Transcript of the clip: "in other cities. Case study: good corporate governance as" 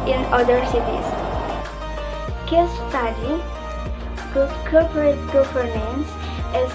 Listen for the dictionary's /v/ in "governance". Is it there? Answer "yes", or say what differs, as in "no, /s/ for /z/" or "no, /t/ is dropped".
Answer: no, /f/ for /v/